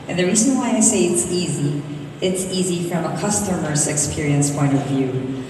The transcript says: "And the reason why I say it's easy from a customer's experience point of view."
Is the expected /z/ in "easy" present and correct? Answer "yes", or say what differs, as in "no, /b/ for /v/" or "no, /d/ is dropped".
yes